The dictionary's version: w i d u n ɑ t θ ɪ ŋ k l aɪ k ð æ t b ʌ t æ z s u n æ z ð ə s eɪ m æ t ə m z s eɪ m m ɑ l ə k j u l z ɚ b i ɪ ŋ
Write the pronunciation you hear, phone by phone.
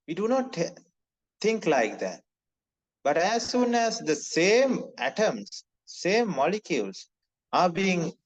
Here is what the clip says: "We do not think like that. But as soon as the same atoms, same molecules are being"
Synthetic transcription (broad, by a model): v i d u n ɑ t t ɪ ŋ k l aɪ k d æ t b ʌ t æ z s u n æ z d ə s eɪ m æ t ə m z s eɪ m m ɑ l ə k j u l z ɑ b i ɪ ŋ